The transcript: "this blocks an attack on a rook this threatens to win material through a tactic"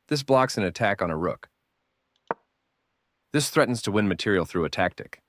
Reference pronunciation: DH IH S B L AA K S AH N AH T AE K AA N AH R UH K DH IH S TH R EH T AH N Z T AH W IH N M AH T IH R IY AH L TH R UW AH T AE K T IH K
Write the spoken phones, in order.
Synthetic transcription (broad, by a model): DH IH S B L AA K S N AH T AE K N AH R UH K DH IH S TH R EH T N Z T AH W IH N M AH T IH R IY L TH R UW AH T AE K T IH K